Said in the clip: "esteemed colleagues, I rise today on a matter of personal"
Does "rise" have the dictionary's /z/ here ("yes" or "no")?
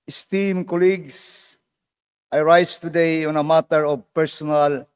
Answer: no